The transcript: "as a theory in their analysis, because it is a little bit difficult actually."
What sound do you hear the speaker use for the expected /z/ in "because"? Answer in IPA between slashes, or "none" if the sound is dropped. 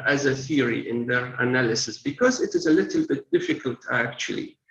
/z/